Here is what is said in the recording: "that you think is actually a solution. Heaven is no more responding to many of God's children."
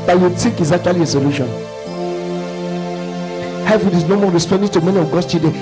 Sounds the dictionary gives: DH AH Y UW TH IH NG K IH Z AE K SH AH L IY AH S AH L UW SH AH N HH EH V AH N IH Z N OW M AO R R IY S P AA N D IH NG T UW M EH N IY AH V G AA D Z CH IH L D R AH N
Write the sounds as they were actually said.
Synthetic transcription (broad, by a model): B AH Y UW T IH K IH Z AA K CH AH L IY AH S AH L UW SH AH N HH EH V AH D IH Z N OW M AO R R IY S P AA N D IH T UW M EH N IY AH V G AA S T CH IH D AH